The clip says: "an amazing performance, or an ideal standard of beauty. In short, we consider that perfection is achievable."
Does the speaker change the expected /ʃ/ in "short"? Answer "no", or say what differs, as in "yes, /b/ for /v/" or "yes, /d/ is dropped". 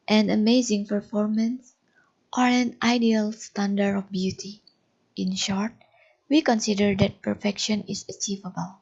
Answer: no